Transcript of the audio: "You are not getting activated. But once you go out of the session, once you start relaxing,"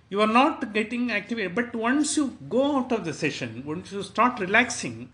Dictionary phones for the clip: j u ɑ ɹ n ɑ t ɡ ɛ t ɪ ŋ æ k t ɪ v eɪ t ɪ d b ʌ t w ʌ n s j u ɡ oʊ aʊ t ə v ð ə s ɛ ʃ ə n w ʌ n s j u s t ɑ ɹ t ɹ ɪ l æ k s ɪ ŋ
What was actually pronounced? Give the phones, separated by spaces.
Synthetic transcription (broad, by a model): j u ɑ ɹ n ɑ t ɡ ɛ t ɪ ŋ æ k t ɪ v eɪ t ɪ b ʌ t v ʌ n s j u ɡ oʊ aʊ t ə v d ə s ɛ ʃ ə n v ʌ n s j u s t ɑ ɹ t ɹ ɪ l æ k s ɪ ŋ